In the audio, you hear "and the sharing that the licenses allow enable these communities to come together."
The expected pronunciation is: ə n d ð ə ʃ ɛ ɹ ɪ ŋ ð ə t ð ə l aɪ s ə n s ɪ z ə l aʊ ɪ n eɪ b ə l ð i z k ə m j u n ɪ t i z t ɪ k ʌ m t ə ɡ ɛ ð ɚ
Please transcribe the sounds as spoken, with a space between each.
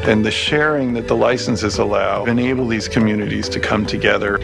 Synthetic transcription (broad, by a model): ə n ð ə ʃ ɛ ɹ ɪ ŋ ð ə t ð ə l aɪ s n s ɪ z ə l aʊ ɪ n eɪ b l ð i z k ə m j u n ɪ t i z t ɪ k ʌ m t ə ɡ ɛ ð ɚ